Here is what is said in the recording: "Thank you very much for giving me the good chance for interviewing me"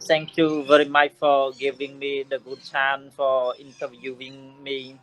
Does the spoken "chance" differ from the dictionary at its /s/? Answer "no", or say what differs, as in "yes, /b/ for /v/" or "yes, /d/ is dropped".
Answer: yes, /s/ is dropped